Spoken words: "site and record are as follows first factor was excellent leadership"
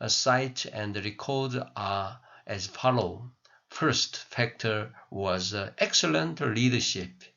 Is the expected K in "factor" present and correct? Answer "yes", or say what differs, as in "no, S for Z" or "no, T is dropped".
yes